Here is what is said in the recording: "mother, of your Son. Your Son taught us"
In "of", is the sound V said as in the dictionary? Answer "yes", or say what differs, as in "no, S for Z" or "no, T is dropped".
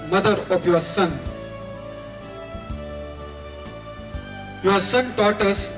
no, P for V